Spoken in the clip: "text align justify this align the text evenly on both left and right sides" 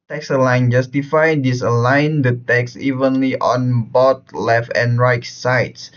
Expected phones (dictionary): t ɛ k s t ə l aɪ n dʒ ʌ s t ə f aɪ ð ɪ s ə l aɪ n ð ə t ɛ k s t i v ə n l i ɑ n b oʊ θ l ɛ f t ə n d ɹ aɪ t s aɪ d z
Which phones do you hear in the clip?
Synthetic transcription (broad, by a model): t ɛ k s ə l aɪ n dʒ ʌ s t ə f aɪ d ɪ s ə l aɪ n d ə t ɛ k s i v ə n l i ɑ n b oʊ t l ɛ f t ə n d ɹ aɪ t s aɪ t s